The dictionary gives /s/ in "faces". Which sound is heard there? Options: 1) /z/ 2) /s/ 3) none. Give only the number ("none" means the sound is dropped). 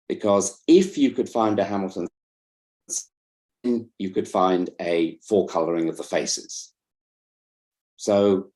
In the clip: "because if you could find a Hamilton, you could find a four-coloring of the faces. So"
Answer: 2